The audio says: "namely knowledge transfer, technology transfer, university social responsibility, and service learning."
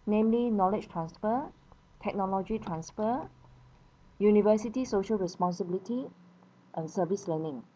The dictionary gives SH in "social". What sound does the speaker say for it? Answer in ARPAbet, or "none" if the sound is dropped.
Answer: SH